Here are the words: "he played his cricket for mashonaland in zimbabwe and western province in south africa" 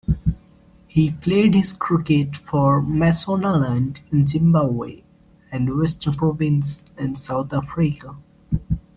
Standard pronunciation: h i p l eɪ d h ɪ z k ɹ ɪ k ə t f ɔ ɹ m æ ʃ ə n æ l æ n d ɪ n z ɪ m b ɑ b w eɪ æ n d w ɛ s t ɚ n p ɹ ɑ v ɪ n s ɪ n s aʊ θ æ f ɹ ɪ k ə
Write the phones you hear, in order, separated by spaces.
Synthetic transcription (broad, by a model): h i f l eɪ d h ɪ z k ɹ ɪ k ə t f ɔ ɹ m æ s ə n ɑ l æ n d ɪ n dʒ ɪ m b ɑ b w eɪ æ n d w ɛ s t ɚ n p ɹ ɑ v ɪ n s ɪ n s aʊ t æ f ɹ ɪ k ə